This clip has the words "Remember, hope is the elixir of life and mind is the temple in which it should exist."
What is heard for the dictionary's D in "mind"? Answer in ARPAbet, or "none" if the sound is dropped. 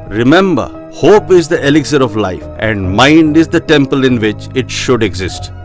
D